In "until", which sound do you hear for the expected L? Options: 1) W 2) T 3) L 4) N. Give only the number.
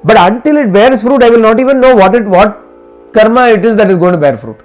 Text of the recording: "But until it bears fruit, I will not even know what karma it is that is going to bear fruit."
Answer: 3